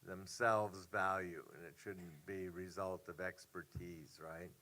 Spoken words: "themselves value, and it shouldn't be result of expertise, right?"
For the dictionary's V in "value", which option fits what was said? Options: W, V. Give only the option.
V